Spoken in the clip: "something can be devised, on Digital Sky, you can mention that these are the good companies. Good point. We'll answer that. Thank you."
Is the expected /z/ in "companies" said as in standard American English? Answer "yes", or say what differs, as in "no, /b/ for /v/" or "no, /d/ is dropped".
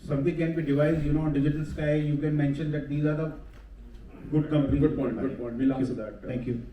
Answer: no, /z/ is dropped